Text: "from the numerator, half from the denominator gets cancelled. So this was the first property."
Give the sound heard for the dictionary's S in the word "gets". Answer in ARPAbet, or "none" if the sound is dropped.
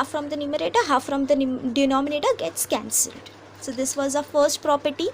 S